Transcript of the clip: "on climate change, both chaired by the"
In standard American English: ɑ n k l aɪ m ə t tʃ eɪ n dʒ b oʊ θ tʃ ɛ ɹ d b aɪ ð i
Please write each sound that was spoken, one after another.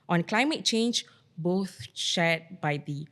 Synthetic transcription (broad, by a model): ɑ n k l aɪ m ə t tʃ eɪ n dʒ b oʊ θ ʃ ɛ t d b aɪ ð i